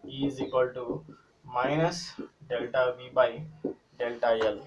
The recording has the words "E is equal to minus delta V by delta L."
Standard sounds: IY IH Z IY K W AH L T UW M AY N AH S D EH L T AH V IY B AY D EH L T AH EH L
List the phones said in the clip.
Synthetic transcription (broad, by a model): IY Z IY K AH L T UW M AY N AH S D EH L T AH V IY B AY D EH L T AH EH L